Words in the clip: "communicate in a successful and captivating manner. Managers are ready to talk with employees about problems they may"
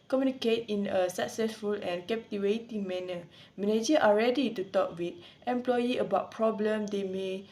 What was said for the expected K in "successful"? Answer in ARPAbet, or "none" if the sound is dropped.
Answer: K